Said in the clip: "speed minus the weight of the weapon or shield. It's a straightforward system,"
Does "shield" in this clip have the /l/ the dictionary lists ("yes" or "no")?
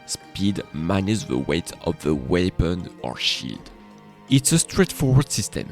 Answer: no